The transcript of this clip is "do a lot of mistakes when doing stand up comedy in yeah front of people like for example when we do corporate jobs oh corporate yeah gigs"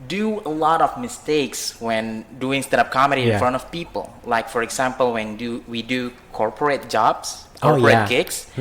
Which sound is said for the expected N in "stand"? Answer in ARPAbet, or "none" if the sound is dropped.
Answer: none